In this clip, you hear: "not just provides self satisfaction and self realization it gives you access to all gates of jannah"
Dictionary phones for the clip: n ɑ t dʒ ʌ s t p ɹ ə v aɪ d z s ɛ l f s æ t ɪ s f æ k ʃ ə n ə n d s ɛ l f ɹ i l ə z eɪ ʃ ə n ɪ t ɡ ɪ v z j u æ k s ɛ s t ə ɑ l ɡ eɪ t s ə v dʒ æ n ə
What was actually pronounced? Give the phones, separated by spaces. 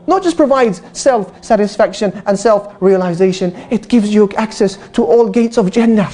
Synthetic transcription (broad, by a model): n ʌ t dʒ ʌ s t p ɹ ə v aɪ d z s ɛ l f s æ t ɪ s f æ k ʃ ə n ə n s ɛ l f ɹ i l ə z eɪ ʃ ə n ɪ t ɡ ɪ v z j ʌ æ k s ɛ s t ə ɑ l ɡ eɪ t s ə v dʒ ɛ n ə